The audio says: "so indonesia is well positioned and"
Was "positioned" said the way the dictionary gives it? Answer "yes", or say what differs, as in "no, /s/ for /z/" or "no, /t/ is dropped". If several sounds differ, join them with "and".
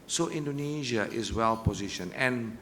no, /d/ is dropped